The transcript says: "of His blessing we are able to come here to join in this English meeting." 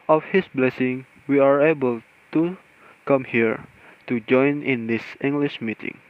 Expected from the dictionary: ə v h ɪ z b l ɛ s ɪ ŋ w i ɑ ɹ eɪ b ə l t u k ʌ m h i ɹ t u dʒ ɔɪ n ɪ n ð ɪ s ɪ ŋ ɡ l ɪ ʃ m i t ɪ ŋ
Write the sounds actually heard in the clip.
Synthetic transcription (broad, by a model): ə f h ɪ s b l ɛ s ɪ ŋ w i ɑ ɹ eɪ b ə l t u k ʌ m h i ɹ t u dʒ ɔɪ n ɪ n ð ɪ s ɪ ŋ ɡ l ɪ ʃ m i t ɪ ŋ